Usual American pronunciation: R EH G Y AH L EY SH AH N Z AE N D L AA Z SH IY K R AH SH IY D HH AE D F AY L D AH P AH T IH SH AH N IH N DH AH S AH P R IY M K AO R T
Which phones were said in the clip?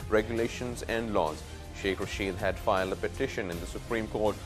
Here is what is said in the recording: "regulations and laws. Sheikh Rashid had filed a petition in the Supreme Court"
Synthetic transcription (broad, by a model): R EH G Y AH L EY SH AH N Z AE N D L AA Z SH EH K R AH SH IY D HH AE D F AY L D AH P AH T IH SH AH N IH N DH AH S AH P R IY M K AO R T